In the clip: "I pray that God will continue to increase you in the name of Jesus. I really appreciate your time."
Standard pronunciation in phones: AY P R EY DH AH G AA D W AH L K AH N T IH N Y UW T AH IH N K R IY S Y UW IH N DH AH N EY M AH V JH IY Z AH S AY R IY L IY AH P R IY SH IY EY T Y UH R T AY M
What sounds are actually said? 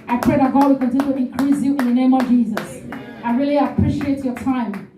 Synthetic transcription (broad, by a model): AY P R EY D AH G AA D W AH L K AH N T IH N Y UW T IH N K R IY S Y UW IH N DH AH N EY M AH V JH IY Z AH S AY R IY L IY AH P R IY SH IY EY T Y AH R T AY M